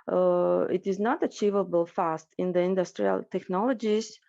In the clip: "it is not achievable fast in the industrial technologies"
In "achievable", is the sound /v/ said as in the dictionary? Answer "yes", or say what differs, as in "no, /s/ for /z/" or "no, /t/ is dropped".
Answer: yes